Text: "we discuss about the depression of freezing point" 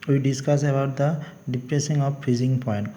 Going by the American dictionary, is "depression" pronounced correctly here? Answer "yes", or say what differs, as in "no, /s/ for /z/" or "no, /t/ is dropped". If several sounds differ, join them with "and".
no, /s/ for /ʃ/